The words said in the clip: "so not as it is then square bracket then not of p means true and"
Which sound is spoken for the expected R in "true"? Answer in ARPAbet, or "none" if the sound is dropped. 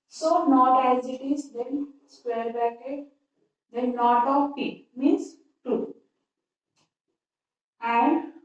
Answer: none